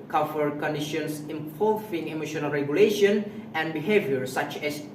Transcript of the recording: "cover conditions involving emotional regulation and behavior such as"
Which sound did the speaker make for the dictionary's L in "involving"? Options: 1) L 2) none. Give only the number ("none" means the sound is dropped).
2